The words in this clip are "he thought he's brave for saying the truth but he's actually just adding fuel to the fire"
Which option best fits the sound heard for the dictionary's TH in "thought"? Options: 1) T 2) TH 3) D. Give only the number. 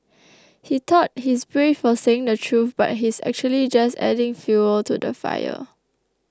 1